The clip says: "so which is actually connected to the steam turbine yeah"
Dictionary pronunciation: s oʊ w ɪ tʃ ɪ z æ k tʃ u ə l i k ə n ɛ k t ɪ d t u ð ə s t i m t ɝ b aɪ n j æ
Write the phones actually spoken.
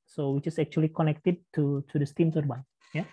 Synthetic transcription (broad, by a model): s oʊ w ɪ tʃ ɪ s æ k tʃ u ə l i k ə n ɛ k t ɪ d t u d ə s t i m s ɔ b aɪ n j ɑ